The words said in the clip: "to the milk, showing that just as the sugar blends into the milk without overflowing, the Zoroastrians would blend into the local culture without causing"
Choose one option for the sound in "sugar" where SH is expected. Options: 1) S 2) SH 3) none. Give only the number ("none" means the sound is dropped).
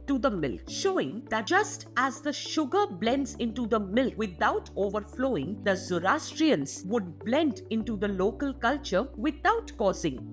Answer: 2